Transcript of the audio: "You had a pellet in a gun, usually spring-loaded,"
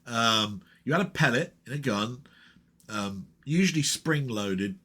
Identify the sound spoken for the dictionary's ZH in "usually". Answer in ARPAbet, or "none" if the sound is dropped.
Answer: ZH